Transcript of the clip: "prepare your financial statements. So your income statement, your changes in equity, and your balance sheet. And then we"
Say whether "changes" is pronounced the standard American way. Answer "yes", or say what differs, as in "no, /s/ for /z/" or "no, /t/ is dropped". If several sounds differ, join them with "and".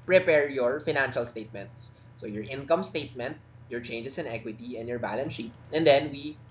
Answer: no, /s/ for /z/